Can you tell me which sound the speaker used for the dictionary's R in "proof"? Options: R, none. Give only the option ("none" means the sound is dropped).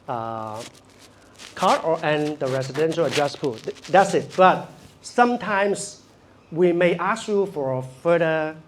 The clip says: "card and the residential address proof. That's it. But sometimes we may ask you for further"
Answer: none